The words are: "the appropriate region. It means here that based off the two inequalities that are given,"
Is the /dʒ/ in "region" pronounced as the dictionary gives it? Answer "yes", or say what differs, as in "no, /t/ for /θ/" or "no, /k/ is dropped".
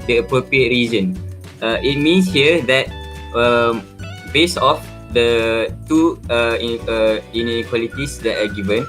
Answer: no, /z/ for /dʒ/